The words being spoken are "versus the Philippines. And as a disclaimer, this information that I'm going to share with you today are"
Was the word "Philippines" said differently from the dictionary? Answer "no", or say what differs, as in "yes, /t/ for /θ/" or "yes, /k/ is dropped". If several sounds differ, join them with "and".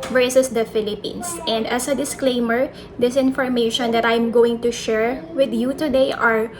yes, /s/ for /z/